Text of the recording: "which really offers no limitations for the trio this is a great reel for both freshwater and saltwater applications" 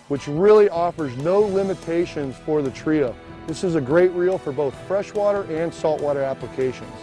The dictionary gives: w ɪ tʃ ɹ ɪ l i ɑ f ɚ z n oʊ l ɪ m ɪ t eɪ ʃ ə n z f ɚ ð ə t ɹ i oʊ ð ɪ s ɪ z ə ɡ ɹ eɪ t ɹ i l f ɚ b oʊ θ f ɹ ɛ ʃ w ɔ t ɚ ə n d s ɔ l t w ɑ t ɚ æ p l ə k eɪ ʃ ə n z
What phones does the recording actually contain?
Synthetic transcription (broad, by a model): w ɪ tʃ ɹ ɪ l i ɑ f ɚ z n oʊ l ɪ m ɪ t eɪ ʃ ə n z f ɚ ð ə t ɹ i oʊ ð ɪ s ɪ z ə ɡ ɹ eɪ t ɹ i l f ɚ b oʊ θ f ɹ ɛ ʃ w ɔ t ɚ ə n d s ɔ l t w ɑ t ɚ æ p l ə k eɪ ʃ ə n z